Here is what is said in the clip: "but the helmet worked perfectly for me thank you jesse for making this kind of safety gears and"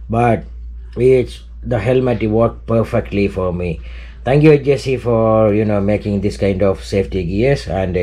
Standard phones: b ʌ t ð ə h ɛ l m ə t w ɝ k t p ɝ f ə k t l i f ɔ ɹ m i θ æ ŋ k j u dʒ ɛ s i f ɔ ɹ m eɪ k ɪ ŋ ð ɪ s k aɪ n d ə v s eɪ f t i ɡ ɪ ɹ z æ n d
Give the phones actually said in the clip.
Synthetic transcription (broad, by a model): b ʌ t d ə h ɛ l m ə t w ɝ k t p ɝ f ə k t l i f ɔ ɹ m i t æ ŋ k j u dʒ ɛ s i f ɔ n m eɪ k ɪ ŋ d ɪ s k aɪ n d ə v s eɪ f t i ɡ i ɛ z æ n d